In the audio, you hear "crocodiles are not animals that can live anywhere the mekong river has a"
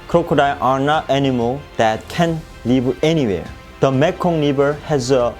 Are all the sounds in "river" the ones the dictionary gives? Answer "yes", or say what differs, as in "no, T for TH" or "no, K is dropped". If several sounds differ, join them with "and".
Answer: no, L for R and B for V